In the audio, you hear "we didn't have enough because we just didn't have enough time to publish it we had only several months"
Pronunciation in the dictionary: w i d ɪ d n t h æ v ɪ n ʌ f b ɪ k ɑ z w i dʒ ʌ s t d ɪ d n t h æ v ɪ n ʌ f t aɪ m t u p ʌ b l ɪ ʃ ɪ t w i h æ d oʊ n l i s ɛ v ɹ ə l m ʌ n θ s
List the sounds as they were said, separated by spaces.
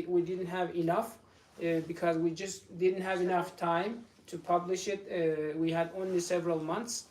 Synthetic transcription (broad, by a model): w i d ɪ d n t h æ v ɪ n ʌ f b ɪ k ɑ z w i dʒ ʌ s t d ɪ d n t h æ v ɪ n ʌ f t aɪ m t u p ʌ b l ɪ ʃ ɪ t w i h æ d oʊ n l i s ɛ v ɹ ə l m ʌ n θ s